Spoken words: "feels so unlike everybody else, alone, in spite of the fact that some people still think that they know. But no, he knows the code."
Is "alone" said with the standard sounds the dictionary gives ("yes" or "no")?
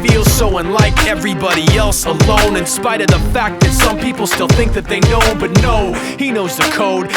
yes